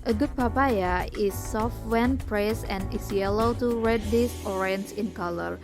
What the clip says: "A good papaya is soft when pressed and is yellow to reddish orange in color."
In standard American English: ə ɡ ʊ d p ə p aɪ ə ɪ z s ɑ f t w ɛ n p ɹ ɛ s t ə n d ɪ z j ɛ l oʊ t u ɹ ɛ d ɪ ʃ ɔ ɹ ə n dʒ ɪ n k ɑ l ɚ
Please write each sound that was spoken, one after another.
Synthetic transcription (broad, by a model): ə ɡ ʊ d p ə p aɪ ə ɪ s ɑ f t w ɛ n p ɹ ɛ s ə n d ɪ s j ɛ l oʊ t u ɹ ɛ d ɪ s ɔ ɹ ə n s ɪ n k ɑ l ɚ